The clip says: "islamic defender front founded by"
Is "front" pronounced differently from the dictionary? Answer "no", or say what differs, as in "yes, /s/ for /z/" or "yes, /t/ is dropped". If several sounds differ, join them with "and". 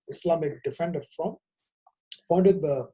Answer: yes, /ɹ/ is dropped